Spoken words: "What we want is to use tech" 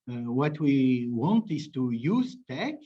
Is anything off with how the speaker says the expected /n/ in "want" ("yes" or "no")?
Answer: no